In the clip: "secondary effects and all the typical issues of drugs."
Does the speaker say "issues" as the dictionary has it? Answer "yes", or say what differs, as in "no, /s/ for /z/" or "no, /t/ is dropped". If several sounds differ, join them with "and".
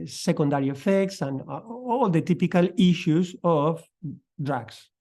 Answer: no, /s/ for /z/